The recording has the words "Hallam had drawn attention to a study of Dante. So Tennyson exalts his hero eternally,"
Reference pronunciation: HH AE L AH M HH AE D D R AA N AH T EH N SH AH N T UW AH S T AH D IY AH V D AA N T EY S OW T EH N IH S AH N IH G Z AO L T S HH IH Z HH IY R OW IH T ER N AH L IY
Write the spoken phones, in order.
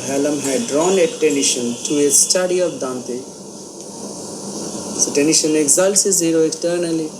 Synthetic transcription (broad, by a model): HH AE L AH M HH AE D D R AA N AH T EH N SH AH N T UW AH S T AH D IY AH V D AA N T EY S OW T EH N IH SH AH N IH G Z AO L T S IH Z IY R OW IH T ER N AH L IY